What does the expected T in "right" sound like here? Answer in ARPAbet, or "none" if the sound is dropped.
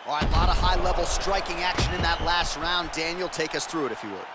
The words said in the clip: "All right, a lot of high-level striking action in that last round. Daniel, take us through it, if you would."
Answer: none